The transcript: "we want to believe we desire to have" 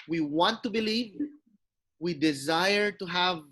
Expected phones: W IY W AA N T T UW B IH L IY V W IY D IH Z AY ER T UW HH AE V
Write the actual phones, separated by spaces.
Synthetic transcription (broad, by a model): W IY W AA N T T UW B IH L IY V W IY D IH Z AY ER T UW HH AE V